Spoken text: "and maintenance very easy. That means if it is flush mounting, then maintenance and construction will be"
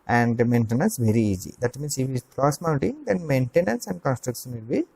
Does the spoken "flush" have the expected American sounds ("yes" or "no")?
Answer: no